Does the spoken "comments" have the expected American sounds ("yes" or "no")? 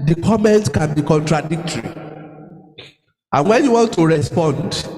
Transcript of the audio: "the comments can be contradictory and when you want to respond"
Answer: no